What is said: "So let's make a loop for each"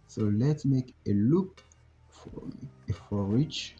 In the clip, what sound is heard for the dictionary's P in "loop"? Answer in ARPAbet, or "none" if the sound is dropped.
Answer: F